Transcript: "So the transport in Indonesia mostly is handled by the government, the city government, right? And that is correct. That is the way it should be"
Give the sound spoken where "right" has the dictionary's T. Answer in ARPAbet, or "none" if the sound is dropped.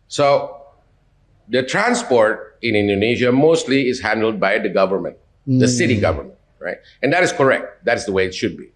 T